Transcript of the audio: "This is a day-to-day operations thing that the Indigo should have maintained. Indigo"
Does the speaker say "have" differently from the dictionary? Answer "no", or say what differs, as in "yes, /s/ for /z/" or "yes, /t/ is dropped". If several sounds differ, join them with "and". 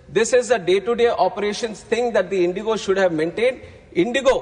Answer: no